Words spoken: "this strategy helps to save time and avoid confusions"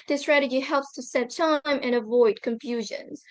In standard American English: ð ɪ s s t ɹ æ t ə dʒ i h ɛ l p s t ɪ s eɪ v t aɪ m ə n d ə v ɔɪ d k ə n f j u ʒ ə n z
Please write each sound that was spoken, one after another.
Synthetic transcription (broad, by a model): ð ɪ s s t ɹ æ t ə dʒ i h ɛ l p s t ɪ s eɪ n t aɪ m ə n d ə v ɔɪ d k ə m f j u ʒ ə n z